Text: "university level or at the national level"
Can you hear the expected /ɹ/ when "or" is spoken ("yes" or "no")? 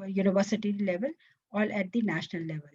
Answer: no